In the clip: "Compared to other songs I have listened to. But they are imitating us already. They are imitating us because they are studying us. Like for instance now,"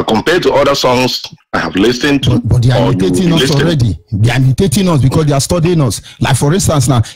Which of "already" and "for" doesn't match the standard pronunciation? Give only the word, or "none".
none